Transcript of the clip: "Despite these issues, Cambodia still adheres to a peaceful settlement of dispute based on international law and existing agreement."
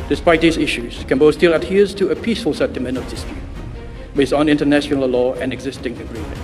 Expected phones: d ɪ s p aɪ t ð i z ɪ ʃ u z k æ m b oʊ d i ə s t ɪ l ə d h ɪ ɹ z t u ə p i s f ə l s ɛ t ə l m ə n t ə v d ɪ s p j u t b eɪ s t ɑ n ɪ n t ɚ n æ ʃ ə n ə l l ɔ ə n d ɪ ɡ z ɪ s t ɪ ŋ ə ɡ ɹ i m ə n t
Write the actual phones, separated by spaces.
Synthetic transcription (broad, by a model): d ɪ s p aɪ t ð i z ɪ ʃ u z k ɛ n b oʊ s t ɪ l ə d h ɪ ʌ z t u ə p i s f ə l s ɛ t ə m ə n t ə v d ɪ s p j u t b eɪ s t ɑ n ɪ n t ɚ n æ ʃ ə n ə l l ɔ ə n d ɪ ɡ z ɪ s t ɪ ŋ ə ɡ ɹ i m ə n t